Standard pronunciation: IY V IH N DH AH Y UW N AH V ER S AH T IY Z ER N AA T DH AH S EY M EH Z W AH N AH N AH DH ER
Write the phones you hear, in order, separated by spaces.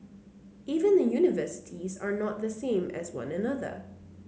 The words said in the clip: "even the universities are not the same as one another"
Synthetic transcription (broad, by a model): IY V IH N DH AH Y UW N AH V ER S AH T IY Z ER N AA T DH AH S EY M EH Z W AH N AH N AH DH ER